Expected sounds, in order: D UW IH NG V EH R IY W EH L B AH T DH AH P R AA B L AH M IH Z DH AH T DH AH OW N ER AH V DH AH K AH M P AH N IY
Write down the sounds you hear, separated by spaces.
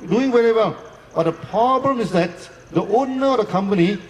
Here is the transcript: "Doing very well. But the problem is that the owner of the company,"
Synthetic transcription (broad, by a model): D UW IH NG W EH R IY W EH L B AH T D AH P R AA B L AH M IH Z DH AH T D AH OW N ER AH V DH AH K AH M P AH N IY